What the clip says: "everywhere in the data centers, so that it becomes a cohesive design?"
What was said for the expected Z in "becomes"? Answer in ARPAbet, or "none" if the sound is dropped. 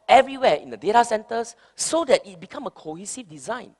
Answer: none